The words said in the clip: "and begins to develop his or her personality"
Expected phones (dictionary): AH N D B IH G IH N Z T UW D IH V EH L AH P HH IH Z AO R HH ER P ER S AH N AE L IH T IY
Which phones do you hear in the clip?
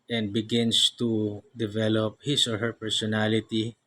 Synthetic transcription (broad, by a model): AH N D B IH G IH N S T UW D IH V EH L AH P HH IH S AO R HH ER P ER S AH N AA L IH T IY